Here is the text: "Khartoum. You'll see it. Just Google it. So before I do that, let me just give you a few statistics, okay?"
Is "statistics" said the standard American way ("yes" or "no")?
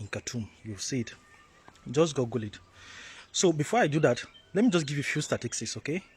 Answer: no